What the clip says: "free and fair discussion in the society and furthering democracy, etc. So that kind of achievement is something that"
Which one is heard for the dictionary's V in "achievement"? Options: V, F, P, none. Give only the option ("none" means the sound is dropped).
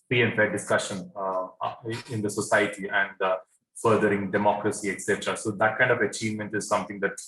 V